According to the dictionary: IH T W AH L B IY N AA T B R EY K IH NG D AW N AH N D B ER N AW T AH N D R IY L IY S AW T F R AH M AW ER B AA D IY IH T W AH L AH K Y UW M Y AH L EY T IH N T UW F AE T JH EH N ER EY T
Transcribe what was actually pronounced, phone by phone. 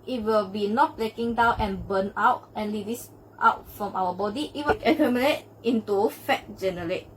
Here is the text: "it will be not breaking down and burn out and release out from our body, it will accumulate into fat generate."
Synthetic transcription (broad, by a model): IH T W AH L B IY N AA T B L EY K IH NG D AW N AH N B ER N AW T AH N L IY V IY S AW T F R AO M AW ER B AA D IY IH T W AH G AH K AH M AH N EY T IH N T UW F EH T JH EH N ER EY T